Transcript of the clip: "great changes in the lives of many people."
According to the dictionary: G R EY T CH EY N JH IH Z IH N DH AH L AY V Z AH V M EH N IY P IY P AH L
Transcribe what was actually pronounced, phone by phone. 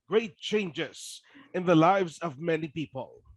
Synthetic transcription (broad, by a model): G R EY T CH EY N JH IH Z IH N DH AH L AY V Z AH V M EH N IY P IY P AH L